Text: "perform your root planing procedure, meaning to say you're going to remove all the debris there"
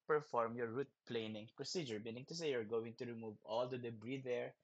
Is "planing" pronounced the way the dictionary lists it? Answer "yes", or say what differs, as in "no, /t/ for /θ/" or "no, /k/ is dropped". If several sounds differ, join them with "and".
yes